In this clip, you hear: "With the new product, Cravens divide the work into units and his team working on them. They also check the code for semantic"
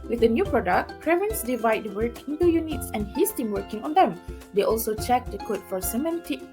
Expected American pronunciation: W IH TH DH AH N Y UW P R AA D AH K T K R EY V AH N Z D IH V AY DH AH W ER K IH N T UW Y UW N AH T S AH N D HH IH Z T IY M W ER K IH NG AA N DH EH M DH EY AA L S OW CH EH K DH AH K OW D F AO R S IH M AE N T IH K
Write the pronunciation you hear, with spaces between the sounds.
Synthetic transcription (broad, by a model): W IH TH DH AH N Y UW P R AA D AH K T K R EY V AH N S D IH V AY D W ER K IH N T UW Y UW N AH T S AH N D HH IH S T IY M W ER K IH NG AA N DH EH M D EY AA L S OW CH EH K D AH K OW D F AO R S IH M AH N T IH